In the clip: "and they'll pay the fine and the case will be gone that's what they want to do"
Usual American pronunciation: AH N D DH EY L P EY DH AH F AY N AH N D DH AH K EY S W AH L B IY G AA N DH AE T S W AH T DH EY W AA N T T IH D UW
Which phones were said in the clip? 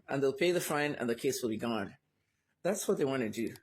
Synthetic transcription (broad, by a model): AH N DH EY L P EY DH AH F AY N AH N DH AH K EY S W AH L B IY G AA N DH AE T S W AH T DH EY W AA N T T IH D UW